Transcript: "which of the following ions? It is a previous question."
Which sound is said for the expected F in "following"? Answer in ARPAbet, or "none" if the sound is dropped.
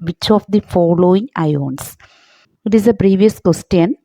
F